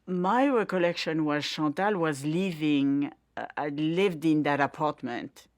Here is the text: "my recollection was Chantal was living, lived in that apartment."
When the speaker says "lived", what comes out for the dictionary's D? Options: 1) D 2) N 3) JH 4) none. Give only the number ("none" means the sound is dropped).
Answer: 1